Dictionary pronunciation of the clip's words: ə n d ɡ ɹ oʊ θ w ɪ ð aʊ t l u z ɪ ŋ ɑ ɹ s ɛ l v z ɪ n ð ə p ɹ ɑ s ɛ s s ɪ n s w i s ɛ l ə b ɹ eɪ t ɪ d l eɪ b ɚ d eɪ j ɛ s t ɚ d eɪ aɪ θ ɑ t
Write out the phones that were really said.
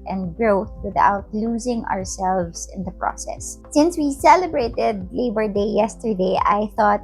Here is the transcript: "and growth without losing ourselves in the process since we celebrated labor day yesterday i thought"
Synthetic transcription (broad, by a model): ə n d ɡ ɹ oʊ θ w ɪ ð aʊ t l u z ɪ ŋ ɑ ɹ s ɛ l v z ɪ n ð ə p ɹ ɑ s ɛ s s ɪ n s w i s ɛ l ə b ɹ eɪ t ɪ d l eɪ b ɚ d eɪ j ɛ s t ɚ d eɪ aɪ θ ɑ t